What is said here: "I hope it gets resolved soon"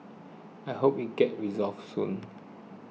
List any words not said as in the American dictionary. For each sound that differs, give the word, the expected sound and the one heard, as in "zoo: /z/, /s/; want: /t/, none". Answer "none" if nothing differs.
gets: /s/, none